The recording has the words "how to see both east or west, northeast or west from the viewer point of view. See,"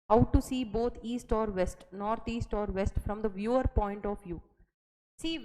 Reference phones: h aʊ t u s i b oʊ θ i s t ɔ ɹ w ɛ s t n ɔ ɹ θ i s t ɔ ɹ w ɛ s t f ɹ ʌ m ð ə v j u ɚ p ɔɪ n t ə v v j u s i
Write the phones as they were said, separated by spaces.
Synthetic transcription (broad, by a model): h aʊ t u s i b oʊ t i s t ɔ ɹ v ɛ s t n ɔ ɹ t i s t ɔ ɹ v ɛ s t f ɹ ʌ m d ə v j u ɚ p ɔɪ n t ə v v j u s i